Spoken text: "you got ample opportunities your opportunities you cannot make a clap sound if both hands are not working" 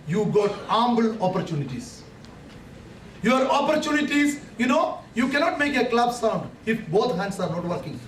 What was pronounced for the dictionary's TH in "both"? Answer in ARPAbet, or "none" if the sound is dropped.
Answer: T